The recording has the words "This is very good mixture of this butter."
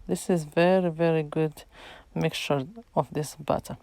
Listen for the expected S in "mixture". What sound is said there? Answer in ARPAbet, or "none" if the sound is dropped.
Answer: none